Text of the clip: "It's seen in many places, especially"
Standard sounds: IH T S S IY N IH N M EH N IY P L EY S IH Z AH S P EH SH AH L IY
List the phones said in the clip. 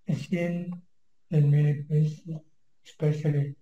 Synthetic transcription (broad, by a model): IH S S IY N IH N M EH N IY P EY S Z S P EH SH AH L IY